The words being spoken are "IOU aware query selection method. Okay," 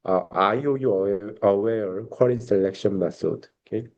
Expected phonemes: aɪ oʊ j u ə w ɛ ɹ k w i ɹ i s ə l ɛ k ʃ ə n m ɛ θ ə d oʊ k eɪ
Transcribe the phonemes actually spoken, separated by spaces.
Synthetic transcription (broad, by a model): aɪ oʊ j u ə w ɛ ɹ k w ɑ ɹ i s ə l ɛ k ʃ ə n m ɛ s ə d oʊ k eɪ